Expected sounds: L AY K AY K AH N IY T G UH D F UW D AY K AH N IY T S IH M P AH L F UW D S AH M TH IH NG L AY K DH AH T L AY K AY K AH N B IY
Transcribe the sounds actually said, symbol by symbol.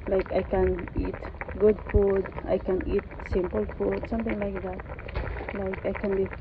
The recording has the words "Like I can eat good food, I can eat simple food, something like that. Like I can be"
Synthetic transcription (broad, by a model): L AY K AY K AH N IY T G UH D F UW D AY K AH N IY T S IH M P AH L F UW D S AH M T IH NG L AY K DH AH T L AY K AY K AH N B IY